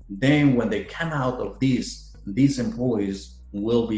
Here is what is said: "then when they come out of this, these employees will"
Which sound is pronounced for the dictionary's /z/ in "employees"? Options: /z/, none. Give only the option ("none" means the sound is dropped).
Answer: /z/